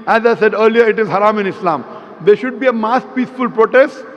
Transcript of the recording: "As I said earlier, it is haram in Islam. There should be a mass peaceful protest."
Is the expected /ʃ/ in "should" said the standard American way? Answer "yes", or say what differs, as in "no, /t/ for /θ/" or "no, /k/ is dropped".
yes